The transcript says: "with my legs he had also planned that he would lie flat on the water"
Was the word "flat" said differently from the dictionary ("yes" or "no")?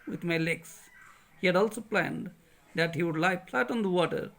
yes